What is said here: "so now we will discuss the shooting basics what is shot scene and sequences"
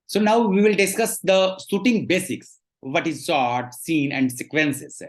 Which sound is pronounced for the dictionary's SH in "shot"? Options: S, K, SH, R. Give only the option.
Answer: S